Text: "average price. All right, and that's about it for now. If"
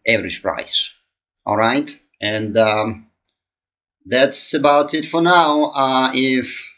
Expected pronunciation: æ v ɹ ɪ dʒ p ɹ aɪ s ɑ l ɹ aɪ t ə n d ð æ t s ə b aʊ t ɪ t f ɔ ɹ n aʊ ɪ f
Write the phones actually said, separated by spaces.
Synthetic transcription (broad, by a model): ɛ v ɹ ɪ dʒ p ɹ aɪ s ɑ l ɹ aɪ t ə n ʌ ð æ t s ə b aʊ t ɪ t f ɔ ɹ n aʊ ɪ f